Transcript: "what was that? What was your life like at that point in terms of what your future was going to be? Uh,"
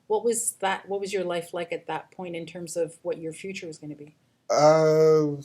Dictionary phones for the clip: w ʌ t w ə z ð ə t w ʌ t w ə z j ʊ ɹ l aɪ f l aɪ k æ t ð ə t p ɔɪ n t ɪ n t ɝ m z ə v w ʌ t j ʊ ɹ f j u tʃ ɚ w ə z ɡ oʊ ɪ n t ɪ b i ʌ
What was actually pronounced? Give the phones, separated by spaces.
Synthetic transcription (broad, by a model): w ʌ t w ə z ð ə t w ʌ t w ə z j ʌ ɹ l aɪ f l aɪ k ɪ t ð ə t p ɔɪ n t ɪ n t ɝ m z ə v w ʌ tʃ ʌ ɹ f j u tʃ ɚ w ə z ɡ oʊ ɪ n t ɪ b i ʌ